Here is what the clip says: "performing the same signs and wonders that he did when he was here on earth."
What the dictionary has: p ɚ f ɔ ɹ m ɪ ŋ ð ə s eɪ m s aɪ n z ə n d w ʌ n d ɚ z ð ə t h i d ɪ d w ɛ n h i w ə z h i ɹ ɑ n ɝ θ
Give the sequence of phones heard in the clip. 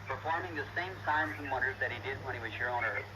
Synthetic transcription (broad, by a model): p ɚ f ɔ ɹ m ɪ ŋ ð ə s eɪ m s aɪ n z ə n w ʌ n d ɚ z ð ə t h i d ɪ d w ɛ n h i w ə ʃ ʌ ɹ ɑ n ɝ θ